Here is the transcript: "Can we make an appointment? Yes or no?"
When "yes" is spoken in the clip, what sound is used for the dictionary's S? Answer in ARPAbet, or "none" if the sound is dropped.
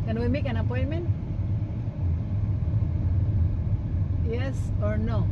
S